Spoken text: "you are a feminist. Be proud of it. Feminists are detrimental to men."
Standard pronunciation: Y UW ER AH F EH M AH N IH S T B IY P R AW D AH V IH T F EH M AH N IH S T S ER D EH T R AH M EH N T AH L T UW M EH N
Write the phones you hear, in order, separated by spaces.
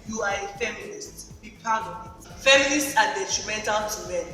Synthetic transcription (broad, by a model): Y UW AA AH F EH M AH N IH S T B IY P AW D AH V IH T F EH M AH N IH S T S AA D EH T R AH M EH N T AH L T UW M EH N